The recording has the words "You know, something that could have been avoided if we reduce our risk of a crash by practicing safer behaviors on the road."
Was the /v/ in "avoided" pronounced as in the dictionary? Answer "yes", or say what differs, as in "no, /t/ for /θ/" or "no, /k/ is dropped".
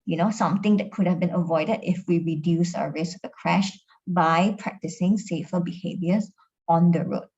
yes